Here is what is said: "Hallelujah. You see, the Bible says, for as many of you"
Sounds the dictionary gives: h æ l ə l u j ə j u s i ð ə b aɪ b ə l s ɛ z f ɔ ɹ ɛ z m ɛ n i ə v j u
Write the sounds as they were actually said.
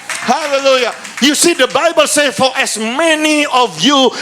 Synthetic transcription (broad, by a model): h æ l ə l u j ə j u s i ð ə b aɪ b ə l s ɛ f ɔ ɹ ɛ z m ɛ n i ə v j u